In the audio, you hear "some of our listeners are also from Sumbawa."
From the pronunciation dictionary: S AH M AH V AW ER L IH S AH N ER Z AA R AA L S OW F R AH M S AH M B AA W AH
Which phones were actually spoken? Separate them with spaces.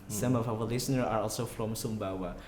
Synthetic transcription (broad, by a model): S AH M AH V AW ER L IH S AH N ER AA R AA L S OW F R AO M S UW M B AA W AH